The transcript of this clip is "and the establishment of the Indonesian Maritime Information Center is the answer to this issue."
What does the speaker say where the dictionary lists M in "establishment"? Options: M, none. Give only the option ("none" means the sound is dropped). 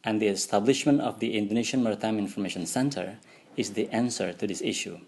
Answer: M